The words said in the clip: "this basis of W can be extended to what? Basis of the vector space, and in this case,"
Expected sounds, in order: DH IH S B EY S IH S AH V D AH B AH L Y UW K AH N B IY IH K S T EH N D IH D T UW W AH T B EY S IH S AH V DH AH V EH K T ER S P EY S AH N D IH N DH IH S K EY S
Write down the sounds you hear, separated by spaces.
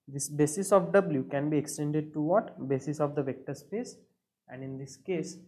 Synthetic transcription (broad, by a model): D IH S B EY S IH S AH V D AH B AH L Y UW K AH N B IY IH K S T EH N D IH D T UW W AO T B EY S IH S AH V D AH V EH K T ER S P EY S AH N D IH N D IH S K EY S